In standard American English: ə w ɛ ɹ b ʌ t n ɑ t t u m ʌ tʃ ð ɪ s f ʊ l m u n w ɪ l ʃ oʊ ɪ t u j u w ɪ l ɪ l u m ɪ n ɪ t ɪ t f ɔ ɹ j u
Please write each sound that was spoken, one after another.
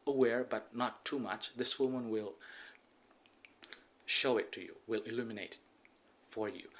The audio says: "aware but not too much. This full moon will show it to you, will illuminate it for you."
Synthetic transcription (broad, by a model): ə w ɛ ɹ b ʌ t n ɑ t t u m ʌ tʃ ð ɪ s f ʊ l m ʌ n w ɪ l ʃ oʊ ɪ t u j u w ɪ l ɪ l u m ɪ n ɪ ɪ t f ɔ ɹ j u